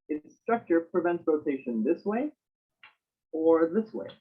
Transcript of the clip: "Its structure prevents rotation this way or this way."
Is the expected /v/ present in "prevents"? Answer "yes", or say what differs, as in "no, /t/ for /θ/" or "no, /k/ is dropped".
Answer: yes